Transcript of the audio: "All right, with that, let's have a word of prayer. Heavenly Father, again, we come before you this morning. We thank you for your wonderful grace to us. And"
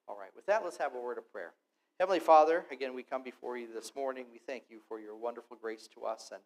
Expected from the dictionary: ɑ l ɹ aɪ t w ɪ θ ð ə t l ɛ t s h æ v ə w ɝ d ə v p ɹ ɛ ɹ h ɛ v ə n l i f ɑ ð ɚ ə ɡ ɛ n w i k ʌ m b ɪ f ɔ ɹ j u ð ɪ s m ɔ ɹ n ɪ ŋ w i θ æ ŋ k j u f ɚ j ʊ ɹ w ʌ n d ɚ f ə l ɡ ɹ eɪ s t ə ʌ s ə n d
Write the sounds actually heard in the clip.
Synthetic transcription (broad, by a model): ɑ l ɹ aɪ t w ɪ ð ə t l ɛ t s h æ v ə w ɝ d ə v p ɹ ɛ ɹ h ɛ v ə n l i f ɑ ð ɚ ə ɡ ɛ n w i k ʌ m b ɪ f ɔ ɹ j u ð ɪ s m ɔ ɹ n ɪ ŋ w i θ æ ŋ k j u f ɚ j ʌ ɹ w ʌ n d ɚ f l ɡ ɹ eɪ s t ə ʌ s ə n